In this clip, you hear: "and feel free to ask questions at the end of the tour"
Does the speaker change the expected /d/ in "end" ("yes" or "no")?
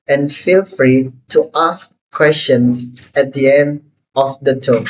no